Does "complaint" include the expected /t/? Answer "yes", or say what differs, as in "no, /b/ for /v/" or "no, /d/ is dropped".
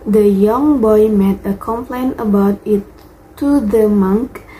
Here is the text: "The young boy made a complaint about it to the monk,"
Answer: no, /t/ is dropped